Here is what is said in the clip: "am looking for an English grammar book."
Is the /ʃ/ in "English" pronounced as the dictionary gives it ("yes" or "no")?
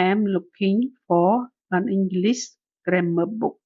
no